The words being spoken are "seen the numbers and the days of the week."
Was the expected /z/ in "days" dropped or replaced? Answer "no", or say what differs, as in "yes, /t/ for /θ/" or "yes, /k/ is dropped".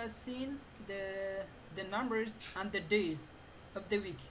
no